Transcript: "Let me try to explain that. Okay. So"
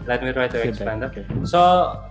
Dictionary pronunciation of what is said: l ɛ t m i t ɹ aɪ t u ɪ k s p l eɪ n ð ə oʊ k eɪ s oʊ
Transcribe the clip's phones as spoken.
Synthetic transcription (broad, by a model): l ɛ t m i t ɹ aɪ t u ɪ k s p eɪ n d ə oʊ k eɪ s oʊ